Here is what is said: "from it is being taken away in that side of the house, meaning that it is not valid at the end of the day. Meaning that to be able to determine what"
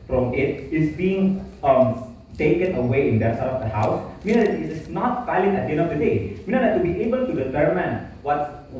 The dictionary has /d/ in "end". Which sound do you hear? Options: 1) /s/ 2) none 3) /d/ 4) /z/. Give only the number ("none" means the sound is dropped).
2